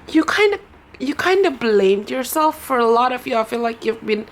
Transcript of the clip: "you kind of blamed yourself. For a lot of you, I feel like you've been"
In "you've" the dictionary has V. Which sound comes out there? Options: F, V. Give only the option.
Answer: V